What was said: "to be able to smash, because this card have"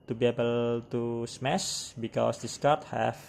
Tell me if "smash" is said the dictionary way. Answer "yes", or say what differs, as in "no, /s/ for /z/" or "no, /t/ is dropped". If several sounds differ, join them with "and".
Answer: no, /s/ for /ʃ/